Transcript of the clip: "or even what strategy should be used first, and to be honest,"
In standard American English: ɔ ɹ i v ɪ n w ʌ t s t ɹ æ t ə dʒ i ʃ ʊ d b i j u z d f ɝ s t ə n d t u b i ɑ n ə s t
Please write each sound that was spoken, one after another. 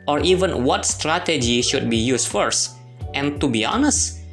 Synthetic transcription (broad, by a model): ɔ ɹ i v ɪ n w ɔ t s t ɹ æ t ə dʒ i ʃ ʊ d b i j u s f ɝ s t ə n t u b i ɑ n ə s t